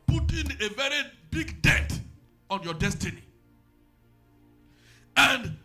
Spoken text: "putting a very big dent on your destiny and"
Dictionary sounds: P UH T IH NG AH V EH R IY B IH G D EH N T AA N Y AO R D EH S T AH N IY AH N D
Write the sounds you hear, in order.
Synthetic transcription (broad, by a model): P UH T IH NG AH V EH R IY B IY G D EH T AA N Y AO D EH S T AH N IY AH N D